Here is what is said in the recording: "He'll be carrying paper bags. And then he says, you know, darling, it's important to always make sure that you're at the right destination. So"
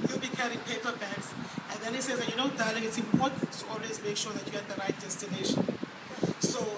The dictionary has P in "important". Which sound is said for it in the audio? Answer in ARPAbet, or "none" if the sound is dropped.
none